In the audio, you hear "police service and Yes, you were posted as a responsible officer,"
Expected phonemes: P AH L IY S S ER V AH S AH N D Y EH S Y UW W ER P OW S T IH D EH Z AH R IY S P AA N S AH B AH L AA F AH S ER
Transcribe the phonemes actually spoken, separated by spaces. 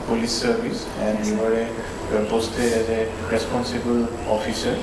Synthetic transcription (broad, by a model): P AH L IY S S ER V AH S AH N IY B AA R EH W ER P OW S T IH EH Z AH R IY S P AA N S AH B AH L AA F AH S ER